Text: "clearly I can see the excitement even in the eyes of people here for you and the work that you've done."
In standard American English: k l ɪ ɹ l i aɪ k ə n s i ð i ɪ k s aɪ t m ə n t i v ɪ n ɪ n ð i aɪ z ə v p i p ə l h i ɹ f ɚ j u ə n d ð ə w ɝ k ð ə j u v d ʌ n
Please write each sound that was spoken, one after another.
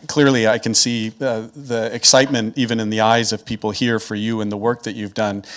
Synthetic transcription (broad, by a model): k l ɪ ɹ l i aɪ k ə n s i ð i ɪ k s aɪ t m ə n t i v ɪ n ɪ n ð i aɪ z ə v p i p l h i ɹ f ɚ j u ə n ð ə w ɝ k ð ə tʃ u v d ʌ n